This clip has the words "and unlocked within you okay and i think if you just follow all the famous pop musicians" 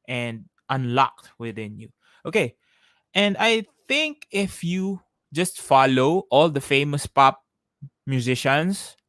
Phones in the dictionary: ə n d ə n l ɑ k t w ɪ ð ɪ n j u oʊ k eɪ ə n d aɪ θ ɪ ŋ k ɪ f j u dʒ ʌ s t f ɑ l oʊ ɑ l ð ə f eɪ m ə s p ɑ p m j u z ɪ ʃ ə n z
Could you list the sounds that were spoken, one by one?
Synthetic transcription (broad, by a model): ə n d ə n l ɑ k t w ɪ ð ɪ n j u oʊ k eɪ ə n d aɪ θ ɪ ŋ k ɪ f j u dʒ ʌ s t f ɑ l oʊ ɑ l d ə f eɪ m ə s p ɑ p m j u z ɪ ʃ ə n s